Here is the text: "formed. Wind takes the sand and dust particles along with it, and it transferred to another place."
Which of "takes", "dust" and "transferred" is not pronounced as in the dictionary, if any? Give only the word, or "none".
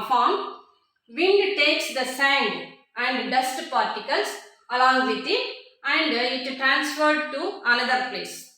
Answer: none